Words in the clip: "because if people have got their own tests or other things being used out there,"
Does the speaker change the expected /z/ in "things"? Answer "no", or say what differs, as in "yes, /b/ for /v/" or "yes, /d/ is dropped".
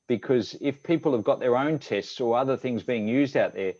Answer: no